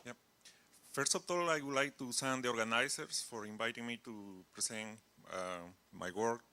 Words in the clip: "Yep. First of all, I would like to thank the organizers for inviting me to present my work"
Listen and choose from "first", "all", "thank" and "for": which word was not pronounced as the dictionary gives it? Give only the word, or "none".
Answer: thank